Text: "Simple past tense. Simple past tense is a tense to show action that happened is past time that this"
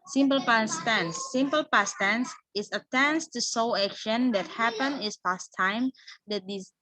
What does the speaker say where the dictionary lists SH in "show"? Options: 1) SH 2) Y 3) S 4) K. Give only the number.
3